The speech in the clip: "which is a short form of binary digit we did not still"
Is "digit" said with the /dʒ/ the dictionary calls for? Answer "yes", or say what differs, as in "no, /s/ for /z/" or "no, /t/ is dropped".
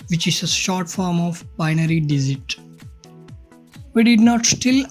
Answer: no, /z/ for /dʒ/